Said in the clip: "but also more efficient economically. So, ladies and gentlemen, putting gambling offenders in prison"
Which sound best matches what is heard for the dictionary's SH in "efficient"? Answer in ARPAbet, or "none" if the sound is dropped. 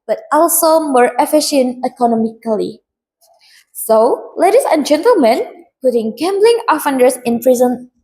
SH